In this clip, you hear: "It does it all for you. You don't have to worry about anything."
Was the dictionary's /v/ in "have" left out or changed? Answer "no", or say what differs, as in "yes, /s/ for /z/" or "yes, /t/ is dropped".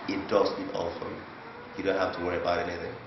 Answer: yes, /f/ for /v/